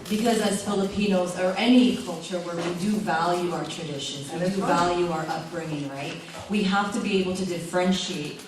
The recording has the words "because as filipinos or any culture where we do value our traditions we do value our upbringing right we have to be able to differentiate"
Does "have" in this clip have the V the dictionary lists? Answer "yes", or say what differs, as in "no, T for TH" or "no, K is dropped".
no, F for V